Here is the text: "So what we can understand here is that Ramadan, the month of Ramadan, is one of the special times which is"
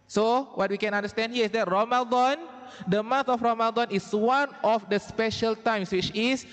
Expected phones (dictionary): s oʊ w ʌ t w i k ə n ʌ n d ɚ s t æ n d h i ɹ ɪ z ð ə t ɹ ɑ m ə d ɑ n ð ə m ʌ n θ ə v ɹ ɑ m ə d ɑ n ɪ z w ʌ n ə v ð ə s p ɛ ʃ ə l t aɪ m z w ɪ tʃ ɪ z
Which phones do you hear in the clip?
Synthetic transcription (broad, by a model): s oʊ w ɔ t w i k ə n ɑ n d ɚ s t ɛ n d h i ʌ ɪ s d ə t ɹ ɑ m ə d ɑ n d ə m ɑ n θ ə f ɹ ɑ m ə d ɑ n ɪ s w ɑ n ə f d ə s p ɛ ʃ ə l t aɪ m s w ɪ tʃ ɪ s